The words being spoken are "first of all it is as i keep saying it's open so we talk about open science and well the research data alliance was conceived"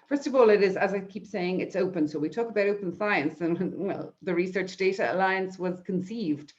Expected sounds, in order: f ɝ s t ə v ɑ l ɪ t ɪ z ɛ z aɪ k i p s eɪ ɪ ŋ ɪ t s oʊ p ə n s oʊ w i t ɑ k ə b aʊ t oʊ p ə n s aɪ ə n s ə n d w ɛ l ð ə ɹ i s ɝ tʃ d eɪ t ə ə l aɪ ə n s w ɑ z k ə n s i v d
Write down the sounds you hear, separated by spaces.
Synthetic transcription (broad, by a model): f ɝ s t ə v ɑ l ɪ t ɪ z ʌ z aɪ k i p s eɪ ɪ ŋ ɪ t s oʊ p ə n s oʊ w i t ɑ k ə b aʊ t oʊ p ə n s aɪ ə n s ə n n w ɛ l ð ə ɹ i s ɝ tʃ d eɪ t ə ə l aɪ ə n s w ɑ z k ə n s i v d